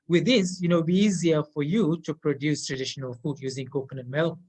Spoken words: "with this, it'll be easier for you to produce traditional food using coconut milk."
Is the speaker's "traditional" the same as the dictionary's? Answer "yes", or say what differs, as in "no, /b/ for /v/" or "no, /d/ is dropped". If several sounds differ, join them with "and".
yes